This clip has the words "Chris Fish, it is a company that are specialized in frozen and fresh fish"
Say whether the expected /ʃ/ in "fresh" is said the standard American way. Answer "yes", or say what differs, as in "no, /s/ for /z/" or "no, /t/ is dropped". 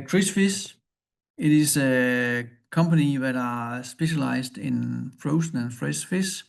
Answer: no, /s/ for /ʃ/